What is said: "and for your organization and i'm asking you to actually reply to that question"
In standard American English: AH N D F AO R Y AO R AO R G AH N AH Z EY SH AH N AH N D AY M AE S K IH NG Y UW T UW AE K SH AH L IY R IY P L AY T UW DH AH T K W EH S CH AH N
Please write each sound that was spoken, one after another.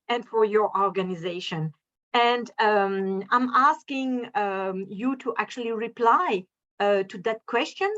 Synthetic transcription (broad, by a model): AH N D F AO R Y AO R AO R G AH N AH Z EY SH AH N AH N D AY M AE S K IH NG Y UW T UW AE K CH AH L IY R IY P L AY T UW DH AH T K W EH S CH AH N